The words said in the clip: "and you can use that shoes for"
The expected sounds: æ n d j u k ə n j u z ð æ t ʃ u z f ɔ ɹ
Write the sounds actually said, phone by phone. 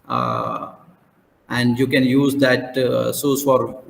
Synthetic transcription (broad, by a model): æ n d j u k ə n j u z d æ t s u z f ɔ ɹ